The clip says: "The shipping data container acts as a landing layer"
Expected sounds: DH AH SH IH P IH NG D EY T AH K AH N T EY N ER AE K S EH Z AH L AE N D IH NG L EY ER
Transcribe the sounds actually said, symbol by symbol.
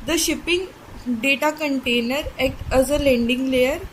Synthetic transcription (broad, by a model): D AH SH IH P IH NG D EY T AH K AH N T EY N ER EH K AH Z AH L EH N D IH NG L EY ER